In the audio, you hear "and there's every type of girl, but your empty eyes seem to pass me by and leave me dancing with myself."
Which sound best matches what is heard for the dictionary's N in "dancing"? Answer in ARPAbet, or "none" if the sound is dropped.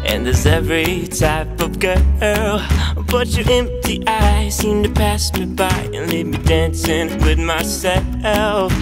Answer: N